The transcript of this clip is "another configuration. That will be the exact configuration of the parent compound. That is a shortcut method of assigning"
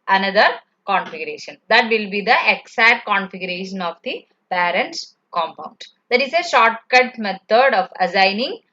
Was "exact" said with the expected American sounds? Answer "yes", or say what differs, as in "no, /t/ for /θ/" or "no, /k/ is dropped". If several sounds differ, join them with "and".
no, /k/ is dropped